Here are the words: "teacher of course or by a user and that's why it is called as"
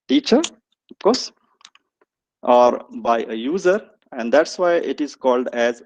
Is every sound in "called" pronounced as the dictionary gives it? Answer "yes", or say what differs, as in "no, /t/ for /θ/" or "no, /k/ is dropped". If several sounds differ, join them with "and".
yes